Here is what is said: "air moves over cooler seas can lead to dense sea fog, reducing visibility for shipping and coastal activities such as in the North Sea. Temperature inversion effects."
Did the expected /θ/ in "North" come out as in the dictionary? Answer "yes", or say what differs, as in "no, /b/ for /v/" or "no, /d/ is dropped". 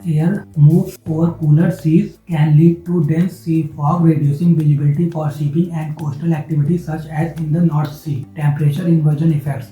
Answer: no, /t/ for /θ/